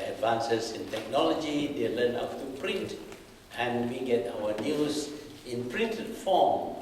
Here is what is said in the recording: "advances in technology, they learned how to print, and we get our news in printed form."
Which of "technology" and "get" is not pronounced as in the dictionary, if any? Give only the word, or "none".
none